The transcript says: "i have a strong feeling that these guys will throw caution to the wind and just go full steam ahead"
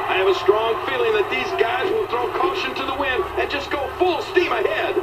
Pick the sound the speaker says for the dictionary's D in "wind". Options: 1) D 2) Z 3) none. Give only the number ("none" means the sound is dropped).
3